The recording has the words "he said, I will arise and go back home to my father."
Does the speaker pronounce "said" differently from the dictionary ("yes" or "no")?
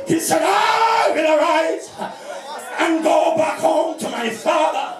no